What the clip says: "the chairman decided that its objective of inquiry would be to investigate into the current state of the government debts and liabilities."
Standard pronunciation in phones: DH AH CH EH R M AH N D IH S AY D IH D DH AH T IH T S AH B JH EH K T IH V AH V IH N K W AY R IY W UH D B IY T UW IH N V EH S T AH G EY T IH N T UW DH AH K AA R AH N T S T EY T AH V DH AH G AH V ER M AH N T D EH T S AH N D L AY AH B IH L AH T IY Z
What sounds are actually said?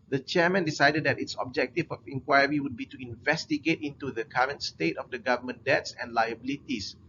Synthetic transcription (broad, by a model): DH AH CH EH M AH N D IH S AY D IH D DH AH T IH T S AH B JH EH K T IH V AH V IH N K W AY R IY W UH D B IY T UW IH N V EH S T AH G EY T IH N T UW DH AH K AA R AH N T S T EY T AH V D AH G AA V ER M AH N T D EH T S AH N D L AY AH B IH L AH T IY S